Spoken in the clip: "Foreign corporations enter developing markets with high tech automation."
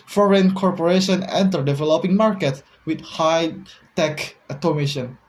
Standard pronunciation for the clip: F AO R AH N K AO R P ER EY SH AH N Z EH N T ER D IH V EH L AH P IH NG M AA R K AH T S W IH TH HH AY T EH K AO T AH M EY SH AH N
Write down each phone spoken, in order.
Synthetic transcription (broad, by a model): F AO R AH N K AO R P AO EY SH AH N EH N T ER D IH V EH L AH P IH NG M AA R K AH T W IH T HH AY T EH K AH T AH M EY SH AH N